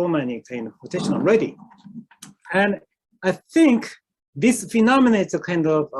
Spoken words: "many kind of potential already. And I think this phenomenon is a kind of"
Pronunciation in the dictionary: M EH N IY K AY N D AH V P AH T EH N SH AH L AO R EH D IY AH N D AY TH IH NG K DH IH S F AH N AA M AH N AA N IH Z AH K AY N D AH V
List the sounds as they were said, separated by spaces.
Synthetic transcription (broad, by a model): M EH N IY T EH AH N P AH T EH SH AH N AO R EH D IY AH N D AY TH IH NG K DH IH S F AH N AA M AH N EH IH S AH K AY N D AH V